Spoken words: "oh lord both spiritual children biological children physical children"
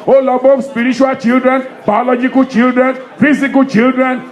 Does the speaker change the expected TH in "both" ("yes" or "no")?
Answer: yes